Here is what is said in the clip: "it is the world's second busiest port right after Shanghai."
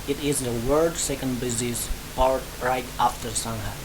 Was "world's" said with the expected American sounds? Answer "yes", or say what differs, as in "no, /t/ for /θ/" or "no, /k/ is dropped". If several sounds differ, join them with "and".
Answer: no, /l/ is dropped